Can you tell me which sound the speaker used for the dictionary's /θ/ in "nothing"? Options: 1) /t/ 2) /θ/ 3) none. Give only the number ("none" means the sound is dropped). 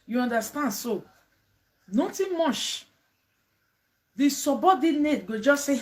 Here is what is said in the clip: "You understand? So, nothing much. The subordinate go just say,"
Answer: 1